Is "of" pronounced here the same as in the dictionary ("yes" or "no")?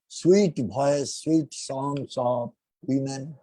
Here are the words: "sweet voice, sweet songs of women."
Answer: no